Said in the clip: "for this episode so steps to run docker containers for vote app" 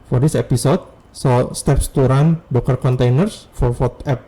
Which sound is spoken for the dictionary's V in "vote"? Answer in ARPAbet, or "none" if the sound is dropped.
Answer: F